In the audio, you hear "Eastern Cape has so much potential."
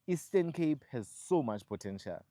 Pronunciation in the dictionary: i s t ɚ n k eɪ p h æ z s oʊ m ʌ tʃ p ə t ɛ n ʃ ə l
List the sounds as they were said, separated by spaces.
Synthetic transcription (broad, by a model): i s t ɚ n k eɪ p h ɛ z s oʊ m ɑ tʃ p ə t ɛ n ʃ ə l